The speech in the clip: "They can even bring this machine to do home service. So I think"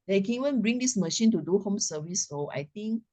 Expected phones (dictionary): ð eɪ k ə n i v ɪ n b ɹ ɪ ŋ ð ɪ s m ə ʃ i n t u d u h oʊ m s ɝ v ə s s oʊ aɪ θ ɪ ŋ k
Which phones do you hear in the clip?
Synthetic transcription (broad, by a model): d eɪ k ə n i w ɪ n b ɹ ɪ ŋ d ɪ s m ə ʃ i n t u d u h oʊ m s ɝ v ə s s oʊ aɪ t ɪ ŋ k